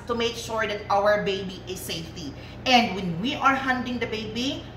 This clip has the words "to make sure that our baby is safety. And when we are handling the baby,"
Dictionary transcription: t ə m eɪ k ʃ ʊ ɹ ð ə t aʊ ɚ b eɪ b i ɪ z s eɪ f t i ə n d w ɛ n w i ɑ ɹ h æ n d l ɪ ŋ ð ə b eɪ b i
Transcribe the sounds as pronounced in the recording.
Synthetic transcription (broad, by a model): t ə m eɪ k ʃ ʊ ɹ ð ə t aʊ ɚ b eɪ b i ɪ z s eɪ f t i ə n d w ɛ n w i ɑ ɹ h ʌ n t ɪ ŋ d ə b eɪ b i